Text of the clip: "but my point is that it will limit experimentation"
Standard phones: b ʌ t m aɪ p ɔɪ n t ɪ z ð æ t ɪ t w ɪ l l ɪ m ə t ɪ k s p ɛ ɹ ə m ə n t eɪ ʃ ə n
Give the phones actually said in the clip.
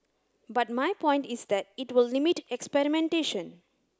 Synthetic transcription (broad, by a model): b ʌ t m aɪ p ɔɪ n t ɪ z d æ t ɪ t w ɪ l l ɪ m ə t ɪ k s p ɛ ɹ ə m ə n t eɪ ʃ ə n